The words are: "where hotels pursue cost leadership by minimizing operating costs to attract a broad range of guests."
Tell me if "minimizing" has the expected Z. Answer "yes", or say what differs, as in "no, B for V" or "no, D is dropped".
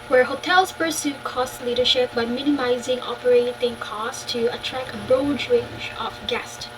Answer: yes